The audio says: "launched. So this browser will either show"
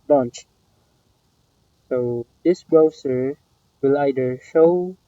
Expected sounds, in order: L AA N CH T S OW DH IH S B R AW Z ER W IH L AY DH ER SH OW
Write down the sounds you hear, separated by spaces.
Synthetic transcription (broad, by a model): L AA N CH S OW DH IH S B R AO S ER W IH L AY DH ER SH OW